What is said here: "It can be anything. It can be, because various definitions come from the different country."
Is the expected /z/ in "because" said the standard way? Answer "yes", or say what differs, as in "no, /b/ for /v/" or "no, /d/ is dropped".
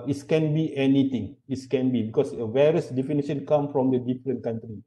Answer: no, /s/ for /z/